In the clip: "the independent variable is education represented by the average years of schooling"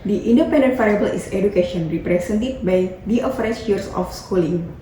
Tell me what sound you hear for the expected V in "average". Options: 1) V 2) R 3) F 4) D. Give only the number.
3